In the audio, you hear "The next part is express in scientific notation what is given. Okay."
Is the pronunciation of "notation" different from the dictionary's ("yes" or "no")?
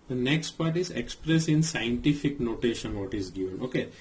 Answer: no